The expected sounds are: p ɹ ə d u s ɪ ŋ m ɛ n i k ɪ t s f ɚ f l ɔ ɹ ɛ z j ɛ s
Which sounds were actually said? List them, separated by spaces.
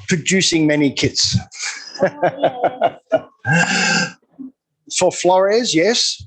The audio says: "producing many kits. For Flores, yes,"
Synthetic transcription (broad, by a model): p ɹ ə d u s ɪ ŋ m ɛ n i k ɪ t s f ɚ f l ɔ ɹ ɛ z j ɛ s